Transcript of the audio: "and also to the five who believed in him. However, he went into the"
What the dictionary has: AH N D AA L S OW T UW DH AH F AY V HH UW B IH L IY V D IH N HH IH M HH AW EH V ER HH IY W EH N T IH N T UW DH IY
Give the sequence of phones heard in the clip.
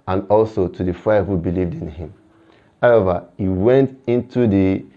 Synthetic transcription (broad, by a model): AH N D AA L S OW T UW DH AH F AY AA HH UW B IH L IY V D IH N HH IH M HH AW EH V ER HH IY W EH N T IH N T UW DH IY